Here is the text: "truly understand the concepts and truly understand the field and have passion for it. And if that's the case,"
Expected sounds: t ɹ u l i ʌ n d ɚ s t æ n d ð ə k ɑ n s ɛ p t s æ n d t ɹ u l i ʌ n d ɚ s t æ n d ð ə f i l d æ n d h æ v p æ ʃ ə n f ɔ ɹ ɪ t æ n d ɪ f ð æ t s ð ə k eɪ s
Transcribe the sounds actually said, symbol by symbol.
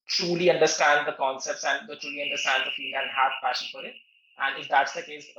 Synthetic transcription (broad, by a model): t ɹ u l i ʌ n d ɚ s t æ n d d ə k ɑ n s ɛ p t s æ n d t ɹ u l i ʌ n d ɚ s t æ n d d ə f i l æ n d h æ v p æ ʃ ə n f ɔ ɹ ɪ t æ n d ɪ f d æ t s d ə k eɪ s